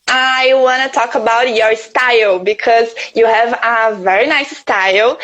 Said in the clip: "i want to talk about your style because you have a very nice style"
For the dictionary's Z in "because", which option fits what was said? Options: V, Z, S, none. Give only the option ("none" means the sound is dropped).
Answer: Z